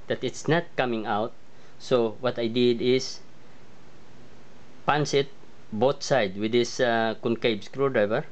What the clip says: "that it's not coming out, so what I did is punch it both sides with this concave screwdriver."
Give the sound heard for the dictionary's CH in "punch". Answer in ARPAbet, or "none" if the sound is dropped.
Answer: S